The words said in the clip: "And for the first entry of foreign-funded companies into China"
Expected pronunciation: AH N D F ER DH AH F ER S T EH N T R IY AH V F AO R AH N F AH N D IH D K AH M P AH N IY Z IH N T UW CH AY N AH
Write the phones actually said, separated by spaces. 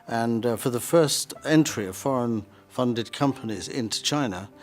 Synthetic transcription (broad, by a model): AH N F ER DH AH F ER S T EH N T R IY AH V F AO R AH N F AH N D IH D K AH M P AH N IY Z IH N T UW CH AY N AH